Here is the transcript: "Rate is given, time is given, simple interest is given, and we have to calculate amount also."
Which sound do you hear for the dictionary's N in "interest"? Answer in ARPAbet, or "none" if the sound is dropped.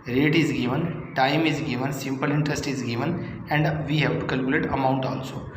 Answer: N